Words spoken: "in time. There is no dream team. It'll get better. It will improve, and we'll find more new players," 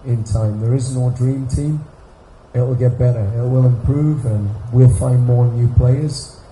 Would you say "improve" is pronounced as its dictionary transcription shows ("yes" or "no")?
yes